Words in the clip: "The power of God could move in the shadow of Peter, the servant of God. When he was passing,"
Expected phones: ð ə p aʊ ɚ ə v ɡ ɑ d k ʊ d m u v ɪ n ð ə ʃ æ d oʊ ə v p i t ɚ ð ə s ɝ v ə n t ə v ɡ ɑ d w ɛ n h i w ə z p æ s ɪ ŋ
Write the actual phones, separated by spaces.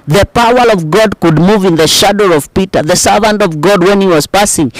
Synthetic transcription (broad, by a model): ð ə p aʊ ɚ ə v ɡ ɑ d k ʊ d m u v ɪ n ð ə ʃ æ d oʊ ə v p i t ɚ ð ə s ɝ v ə n t ə v ɡ ɑ d w ɛ n h i w ə z p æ s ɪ ŋ